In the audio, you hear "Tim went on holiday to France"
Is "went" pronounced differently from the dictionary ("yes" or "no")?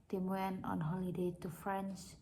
yes